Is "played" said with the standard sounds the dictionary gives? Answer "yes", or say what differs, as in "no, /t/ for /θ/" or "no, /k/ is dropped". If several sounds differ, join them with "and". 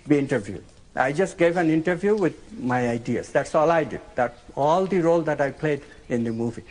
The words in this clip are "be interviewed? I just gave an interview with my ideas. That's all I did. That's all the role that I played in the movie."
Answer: yes